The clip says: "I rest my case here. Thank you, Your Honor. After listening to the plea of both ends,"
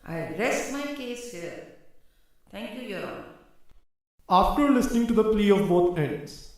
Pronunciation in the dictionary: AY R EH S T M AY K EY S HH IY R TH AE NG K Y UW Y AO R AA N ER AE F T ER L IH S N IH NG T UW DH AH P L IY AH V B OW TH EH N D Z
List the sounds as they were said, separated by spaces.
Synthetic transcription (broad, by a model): AY R EH S T M AY K EY S HH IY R T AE NG K Y UW Y AO R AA L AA F T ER L IH S N IH NG T UW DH AH P L IY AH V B OW T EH N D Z